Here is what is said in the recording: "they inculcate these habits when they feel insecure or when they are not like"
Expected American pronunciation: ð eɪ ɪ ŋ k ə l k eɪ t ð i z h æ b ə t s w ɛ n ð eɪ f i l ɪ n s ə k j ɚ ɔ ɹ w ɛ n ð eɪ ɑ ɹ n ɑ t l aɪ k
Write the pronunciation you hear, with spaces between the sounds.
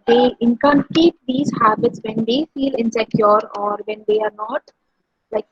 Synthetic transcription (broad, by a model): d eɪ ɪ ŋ k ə n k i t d i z h æ b ə t s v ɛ n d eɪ f i l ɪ n s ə k j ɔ ɔ ɹ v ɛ n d eɪ ɑ ɹ n ɑ t l aɪ k